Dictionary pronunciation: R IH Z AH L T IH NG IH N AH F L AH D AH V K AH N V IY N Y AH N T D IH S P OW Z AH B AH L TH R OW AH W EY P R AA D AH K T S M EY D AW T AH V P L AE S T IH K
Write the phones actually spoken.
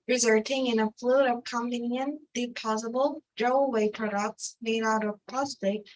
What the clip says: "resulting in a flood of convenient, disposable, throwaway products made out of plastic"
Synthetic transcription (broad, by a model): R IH Z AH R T IH NG IH N AH F L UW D AH V K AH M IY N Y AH N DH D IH P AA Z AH B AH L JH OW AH W EY P R AA D AH K T S M EY D AW T AH V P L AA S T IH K